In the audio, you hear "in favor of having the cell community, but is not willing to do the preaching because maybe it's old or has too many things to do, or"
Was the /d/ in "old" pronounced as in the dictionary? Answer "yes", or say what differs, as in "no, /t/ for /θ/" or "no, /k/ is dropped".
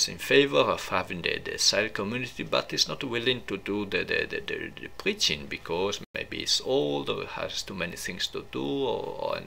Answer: yes